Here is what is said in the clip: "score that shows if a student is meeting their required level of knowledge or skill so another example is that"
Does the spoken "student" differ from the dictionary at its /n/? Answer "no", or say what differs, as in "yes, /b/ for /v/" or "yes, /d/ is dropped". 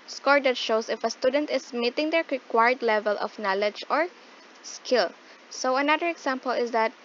no